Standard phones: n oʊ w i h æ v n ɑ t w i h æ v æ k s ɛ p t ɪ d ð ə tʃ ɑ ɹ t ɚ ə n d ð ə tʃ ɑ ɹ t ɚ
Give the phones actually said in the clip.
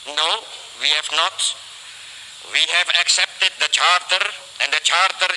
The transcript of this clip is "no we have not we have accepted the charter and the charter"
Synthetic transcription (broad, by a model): n oʊ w i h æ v n ɑ t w i h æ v æ k s ɛ p t ɪ d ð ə tʃ ɑ ɹ t ɚ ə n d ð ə tʃ ɑ ɹ t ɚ